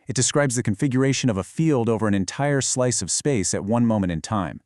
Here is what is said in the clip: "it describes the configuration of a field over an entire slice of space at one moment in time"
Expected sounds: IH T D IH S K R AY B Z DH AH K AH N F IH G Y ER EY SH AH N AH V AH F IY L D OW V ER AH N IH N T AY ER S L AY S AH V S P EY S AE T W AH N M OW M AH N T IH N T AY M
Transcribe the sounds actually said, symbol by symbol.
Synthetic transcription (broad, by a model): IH T D IH S K R AY B Z DH AH K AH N F IH G Y ER EY SH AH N AH V AH F IY L D OW V ER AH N IH N T AY ER S L AY S AH V S P EY S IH T W AH N M OW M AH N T IH N T AY M